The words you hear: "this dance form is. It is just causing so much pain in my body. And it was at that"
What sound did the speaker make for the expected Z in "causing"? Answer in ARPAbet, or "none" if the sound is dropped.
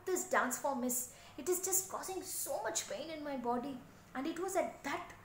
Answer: S